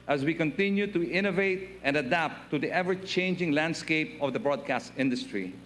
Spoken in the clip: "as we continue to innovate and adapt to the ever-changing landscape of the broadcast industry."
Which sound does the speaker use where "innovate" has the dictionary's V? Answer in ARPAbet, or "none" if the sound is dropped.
V